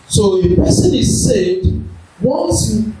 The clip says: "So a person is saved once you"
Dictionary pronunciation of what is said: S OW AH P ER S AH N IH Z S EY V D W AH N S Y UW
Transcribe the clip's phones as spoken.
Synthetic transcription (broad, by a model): S OW AH P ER S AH N IH Z S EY D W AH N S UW